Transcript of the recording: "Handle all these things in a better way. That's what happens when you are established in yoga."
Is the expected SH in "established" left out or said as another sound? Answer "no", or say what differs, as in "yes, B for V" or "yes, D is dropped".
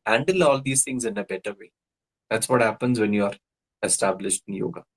no